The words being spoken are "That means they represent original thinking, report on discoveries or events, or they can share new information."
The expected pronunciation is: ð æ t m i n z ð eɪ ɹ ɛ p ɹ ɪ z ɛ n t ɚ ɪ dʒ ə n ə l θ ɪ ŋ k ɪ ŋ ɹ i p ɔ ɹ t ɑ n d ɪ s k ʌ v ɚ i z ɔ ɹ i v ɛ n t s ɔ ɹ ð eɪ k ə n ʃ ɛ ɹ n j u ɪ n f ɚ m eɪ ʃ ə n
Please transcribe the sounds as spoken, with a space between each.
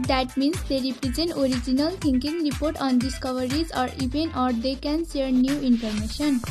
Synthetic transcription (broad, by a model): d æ t m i n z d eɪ ɹ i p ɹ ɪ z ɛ n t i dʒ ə n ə l t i ŋ k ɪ ŋ ɹ i p ɔ ɹ t ɑ n d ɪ s k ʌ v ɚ i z ɔ ɹ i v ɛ n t ɔ ɹ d eɪ k ə n s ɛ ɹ n j u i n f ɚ m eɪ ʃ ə n